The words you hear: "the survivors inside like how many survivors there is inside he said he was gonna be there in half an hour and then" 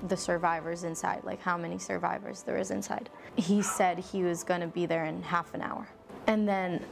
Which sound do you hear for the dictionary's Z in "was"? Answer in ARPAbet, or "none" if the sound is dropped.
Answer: Z